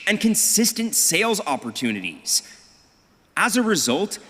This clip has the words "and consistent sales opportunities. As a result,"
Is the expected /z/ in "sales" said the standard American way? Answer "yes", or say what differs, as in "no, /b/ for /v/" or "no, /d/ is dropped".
yes